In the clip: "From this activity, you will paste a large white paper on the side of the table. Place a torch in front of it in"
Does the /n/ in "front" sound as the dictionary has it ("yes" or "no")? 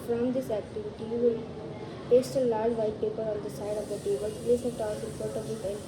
no